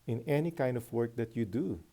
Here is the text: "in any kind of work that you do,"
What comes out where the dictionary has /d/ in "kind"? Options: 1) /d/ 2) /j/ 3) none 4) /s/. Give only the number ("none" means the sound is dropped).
1